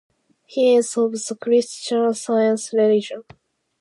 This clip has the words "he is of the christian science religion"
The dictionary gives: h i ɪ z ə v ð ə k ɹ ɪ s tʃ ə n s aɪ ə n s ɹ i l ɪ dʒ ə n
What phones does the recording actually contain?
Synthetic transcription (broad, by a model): h i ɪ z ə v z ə k ɹ ɪ s tʃ ə n s aɪ ə n s ɹ i l ɪ dʒ ə n